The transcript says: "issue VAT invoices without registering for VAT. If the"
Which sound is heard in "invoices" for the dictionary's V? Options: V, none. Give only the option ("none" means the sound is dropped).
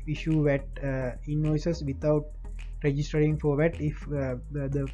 none